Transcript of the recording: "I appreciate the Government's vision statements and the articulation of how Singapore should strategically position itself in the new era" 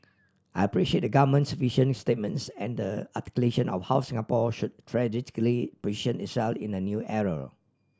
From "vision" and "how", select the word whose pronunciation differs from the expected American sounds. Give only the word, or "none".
vision